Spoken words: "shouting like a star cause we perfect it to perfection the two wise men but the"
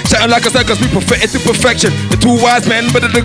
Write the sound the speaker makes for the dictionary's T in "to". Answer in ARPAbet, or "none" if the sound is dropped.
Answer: S